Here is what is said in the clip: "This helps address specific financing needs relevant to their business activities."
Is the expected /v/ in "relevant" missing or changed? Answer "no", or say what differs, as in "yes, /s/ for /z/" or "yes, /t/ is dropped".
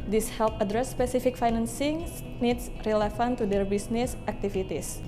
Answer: yes, /f/ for /v/